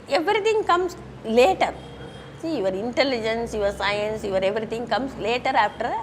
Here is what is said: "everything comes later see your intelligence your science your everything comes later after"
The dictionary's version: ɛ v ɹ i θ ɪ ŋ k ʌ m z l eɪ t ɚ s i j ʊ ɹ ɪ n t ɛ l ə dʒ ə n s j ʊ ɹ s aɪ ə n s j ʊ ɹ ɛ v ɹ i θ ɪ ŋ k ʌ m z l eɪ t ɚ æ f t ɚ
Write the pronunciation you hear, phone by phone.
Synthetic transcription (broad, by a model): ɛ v ɹ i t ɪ ŋ k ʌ m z l eɪ t ɚ s i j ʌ ɹ ɪ n t ɛ l ə dʒ ə n s j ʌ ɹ s aɪ ə n s j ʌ ɹ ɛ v ɹ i t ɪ ŋ k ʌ m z l eɪ t ɚ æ f t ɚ